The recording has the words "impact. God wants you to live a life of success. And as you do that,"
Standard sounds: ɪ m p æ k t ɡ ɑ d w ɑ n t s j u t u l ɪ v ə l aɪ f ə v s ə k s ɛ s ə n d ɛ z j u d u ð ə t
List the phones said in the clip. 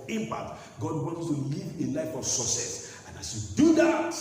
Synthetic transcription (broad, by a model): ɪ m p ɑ k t ɡ ɑ d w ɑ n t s t u l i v ə l aɪ f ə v s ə s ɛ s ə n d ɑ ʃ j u d u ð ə t